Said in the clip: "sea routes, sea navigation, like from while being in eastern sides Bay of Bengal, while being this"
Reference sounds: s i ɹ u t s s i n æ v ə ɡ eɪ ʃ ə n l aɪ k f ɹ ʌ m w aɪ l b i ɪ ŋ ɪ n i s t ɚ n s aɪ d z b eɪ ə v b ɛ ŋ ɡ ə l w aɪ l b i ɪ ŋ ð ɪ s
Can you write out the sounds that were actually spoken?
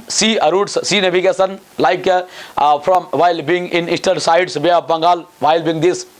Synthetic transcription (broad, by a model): s i ɹ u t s s i n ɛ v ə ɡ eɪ s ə n l aɪ k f ɹ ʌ m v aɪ l b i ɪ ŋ ɪ n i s t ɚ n s aɪ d s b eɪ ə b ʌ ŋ ɡ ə l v aɪ l b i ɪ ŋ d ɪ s